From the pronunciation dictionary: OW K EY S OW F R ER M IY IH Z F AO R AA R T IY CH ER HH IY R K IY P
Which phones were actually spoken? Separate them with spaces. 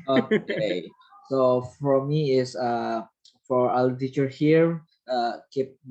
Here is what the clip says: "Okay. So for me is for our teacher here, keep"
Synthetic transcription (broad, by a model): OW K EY S OW F R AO M IY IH S F AO R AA L T IY CH ER HH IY R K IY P